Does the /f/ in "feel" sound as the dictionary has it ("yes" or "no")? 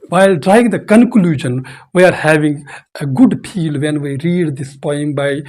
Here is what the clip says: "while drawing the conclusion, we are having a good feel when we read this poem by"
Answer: no